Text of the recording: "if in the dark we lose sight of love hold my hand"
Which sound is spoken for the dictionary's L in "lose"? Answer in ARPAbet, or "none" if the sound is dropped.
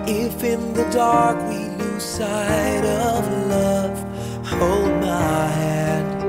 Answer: N